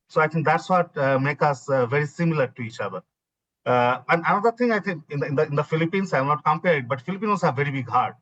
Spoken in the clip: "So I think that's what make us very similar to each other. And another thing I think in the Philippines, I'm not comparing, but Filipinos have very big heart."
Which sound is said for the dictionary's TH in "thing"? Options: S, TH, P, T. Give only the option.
T